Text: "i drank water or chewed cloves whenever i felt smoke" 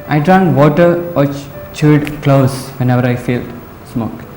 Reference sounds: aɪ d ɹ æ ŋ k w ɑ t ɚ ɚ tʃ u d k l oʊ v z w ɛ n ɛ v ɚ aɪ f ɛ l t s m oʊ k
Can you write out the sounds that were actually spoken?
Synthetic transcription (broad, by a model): aɪ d ɹ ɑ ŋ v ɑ t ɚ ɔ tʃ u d k l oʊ z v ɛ n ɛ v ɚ aɪ f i l s m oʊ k